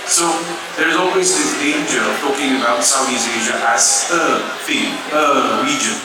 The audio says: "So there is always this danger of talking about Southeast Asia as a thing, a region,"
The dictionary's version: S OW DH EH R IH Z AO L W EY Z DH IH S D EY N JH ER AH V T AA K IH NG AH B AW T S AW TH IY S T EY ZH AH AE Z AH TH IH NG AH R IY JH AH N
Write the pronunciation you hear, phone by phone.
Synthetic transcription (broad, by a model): S OW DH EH R IH Z AO L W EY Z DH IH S D EY N JH ER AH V T AA K IH NG AH B AW T S AW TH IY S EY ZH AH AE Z AH F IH AH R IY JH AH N